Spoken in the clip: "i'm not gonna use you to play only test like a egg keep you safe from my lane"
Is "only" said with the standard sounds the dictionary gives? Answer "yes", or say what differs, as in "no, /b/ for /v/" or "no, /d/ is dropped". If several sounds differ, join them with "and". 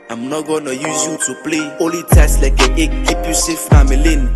no, /n/ is dropped